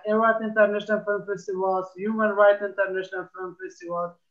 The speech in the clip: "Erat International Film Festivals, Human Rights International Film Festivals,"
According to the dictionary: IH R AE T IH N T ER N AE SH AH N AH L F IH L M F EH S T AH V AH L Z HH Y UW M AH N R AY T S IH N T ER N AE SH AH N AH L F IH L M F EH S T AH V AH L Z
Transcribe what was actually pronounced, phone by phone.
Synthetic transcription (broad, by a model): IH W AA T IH N T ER N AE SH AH N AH L F IH L M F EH S T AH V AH L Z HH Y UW M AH N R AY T IH N T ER N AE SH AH N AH L F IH L M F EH S T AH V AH L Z